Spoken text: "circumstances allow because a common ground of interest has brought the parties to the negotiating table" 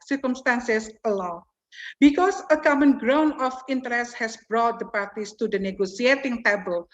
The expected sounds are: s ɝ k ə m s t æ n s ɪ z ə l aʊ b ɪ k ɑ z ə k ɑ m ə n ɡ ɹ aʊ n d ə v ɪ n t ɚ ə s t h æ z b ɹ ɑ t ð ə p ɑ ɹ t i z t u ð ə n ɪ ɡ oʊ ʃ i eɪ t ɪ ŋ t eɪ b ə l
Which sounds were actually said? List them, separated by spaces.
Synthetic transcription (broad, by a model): s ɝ k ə m s t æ n s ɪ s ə l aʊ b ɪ k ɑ s ə k ɑ m ə n ɡ ɹ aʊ n ə f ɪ n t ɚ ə s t h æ s b ɹ ɑ t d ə p ɑ ɹ t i s t u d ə n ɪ ɡ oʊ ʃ i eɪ t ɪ ŋ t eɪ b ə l